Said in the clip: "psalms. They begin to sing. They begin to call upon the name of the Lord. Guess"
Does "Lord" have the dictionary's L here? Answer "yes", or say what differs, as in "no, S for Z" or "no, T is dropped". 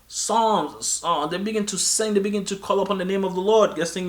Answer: yes